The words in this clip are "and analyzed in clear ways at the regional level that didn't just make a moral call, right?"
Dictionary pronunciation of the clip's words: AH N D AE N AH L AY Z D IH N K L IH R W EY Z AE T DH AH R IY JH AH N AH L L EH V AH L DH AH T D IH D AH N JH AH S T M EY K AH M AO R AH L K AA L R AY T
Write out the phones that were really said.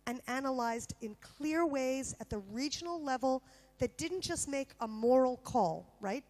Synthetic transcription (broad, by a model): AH N AE N AH L AY Z D IH N K L IH R W EY Z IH T DH AH R IY JH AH N L L EH V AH L DH AH T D IH D N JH AH S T M EY K AH M AO R L K AA L R AY T